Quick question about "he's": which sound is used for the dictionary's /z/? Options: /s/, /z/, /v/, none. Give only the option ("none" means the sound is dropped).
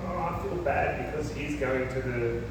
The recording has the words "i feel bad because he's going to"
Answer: /z/